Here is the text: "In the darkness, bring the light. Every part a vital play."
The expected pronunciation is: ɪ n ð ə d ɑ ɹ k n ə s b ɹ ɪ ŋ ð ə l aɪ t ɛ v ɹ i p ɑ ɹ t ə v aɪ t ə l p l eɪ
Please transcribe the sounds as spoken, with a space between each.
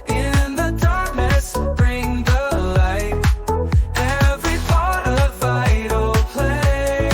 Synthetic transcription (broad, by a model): ɪ n ð ə d ɑ ɹ k n ə s b ɹ ɪ ŋ ð ə l aɪ t ɛ v ɹ i b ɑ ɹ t ə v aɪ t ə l p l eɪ